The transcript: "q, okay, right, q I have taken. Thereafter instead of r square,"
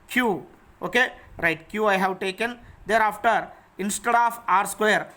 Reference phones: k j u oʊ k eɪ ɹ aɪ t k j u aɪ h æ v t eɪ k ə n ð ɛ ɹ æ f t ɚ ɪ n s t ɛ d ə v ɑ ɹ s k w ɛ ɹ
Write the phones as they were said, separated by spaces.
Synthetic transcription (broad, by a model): k j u oʊ k eɪ ɹ aɪ t k j u aɪ h æ v t eɪ k ə n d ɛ ɹ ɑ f t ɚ ɪ n s t ɛ d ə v ɑ ɹ s k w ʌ ɹ